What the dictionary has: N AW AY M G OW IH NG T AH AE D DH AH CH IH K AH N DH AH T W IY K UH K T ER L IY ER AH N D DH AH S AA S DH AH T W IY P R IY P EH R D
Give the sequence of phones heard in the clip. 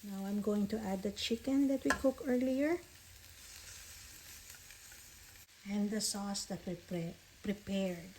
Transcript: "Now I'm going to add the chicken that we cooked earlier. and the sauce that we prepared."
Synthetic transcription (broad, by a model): N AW AY M G OW IH NG T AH AE D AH CH IH K AH N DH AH T W IY K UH K ER L IY ER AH N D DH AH S AA S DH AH T W IY P R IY P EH R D